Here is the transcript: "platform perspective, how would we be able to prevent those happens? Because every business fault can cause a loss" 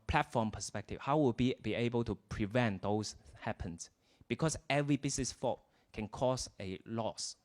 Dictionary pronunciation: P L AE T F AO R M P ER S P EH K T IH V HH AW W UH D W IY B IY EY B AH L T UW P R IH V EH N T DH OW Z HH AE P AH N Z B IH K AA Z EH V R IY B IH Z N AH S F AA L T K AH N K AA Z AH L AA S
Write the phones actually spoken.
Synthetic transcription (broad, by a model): P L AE T F AO M P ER S P EH K T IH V HH AW W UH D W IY B IY EY B AH L T UW P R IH V EH N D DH OW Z HH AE P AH N S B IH K AA S EH V R IY B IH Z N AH S F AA T K AH N K AA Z AH L AA S